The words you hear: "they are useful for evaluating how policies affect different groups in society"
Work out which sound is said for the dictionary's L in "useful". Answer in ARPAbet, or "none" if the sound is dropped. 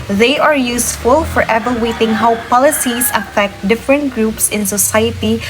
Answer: L